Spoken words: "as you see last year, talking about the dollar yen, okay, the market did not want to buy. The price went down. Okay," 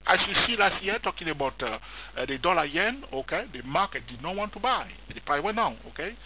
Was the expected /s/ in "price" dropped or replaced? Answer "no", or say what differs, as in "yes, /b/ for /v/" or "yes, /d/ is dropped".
yes, /s/ is dropped